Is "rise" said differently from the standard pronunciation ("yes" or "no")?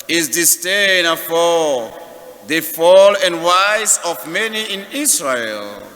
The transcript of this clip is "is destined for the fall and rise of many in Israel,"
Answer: yes